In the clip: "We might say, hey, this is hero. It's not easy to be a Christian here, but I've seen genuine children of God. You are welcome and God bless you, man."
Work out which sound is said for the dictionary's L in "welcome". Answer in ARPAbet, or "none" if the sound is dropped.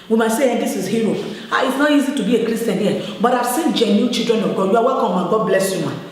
none